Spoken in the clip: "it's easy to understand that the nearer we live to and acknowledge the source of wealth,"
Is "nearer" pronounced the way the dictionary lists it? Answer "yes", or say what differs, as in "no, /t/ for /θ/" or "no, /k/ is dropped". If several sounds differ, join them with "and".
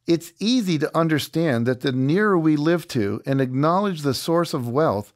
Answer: yes